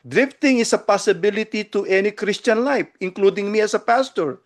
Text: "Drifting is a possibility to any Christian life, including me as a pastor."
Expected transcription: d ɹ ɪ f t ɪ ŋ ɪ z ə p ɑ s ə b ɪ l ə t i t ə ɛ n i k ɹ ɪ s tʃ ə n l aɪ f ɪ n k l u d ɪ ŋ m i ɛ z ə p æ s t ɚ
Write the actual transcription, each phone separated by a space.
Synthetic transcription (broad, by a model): d ɹ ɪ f t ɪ ŋ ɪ s ə p ɑ s ə b ɪ l ə t i t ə ɛ n i k ɹ ɪ s tʃ ə n l aɪ f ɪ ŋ k l u d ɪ ŋ m i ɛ s ə p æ s t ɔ